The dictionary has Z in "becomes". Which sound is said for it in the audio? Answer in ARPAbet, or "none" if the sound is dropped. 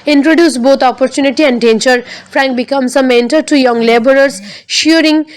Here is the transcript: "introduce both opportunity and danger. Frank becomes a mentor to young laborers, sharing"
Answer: S